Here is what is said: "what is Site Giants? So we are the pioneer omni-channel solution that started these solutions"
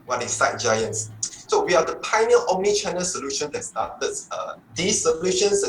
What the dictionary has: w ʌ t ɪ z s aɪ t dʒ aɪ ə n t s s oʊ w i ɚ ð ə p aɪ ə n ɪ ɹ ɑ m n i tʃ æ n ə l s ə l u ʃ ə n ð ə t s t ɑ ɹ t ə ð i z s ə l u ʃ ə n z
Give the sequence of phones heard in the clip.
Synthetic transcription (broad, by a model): w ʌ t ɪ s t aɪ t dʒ aɪ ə n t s s oʊ w i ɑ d ə p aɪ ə n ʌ l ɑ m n i tʃ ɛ n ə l s ə l u ʃ ə n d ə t s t ɑ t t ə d i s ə l u ʃ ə n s